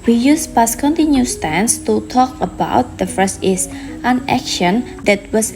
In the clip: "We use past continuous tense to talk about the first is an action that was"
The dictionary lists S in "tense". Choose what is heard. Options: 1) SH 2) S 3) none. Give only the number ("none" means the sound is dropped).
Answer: 2